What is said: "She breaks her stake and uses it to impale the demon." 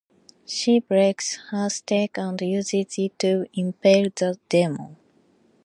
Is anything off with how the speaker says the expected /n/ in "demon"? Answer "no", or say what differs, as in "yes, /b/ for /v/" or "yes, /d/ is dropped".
yes, /n/ is dropped